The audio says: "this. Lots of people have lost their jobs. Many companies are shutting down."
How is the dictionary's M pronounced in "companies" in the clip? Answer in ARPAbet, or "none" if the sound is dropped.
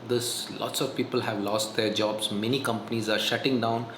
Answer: M